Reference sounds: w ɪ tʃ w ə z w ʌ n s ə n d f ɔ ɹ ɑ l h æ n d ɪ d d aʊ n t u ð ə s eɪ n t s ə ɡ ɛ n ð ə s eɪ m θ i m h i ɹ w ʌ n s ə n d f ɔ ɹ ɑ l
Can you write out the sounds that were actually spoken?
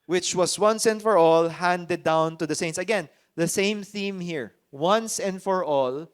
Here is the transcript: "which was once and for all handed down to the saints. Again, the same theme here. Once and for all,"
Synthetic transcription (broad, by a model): w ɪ tʃ w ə s w ʌ n s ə n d f ɔ ɹ ɑ l h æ n d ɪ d d aʊ n t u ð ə s eɪ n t s ə ɡ ɛ n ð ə s eɪ m θ i m h i ɹ w ʌ n s ə n d f ɔ ɹ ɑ l